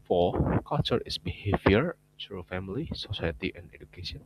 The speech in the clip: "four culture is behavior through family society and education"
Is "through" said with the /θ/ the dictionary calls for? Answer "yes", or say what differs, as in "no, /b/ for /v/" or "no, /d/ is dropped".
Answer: no, /s/ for /θ/